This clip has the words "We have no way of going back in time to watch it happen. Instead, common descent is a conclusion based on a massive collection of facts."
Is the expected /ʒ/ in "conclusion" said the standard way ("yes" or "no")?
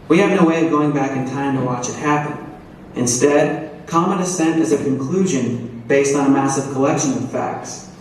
yes